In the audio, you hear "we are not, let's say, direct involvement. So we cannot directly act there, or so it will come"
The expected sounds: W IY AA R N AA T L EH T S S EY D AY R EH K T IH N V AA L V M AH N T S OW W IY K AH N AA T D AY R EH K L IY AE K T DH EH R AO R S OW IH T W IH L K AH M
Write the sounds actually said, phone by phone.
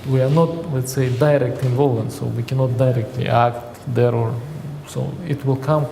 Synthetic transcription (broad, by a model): W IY AA R N AA T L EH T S S EY D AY R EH K T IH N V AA L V AH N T S OW W IY K AH N AA T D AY R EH K L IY AE K T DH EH R AO R S OW IH T W IH L K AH M